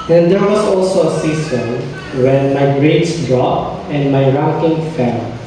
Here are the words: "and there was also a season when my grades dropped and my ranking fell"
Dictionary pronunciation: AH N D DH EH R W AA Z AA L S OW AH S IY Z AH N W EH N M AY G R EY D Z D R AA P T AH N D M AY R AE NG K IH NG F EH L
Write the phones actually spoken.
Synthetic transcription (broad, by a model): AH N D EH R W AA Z AA L S OW AH S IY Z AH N W EH N M AY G R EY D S D R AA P AH N D M AY R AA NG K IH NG F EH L